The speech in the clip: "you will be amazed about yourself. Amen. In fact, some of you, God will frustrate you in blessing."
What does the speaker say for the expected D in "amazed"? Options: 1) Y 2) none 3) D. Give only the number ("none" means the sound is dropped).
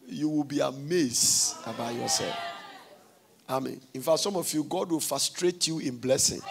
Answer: 2